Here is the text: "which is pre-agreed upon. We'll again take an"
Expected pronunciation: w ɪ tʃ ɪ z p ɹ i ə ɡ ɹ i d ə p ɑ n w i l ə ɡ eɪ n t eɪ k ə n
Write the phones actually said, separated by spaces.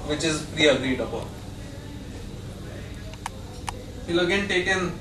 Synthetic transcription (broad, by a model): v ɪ tʃ ɪ z p ɹ i ə ɡ ɹ i d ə b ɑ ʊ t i l ə ɡ eɪ n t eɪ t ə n